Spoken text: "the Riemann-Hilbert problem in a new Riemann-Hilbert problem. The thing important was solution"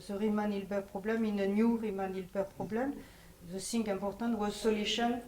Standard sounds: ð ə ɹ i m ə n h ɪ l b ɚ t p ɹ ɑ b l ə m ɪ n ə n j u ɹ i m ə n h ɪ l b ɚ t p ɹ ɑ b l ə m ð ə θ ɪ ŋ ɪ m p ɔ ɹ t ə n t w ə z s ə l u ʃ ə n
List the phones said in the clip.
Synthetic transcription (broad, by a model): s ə ɹ i m ə n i l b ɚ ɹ p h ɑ b l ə m ɪ n ə n j u ɹ i m ə n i l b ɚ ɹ p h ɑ b l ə m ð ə s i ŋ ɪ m p ɔ ɹ t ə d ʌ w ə s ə l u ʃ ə n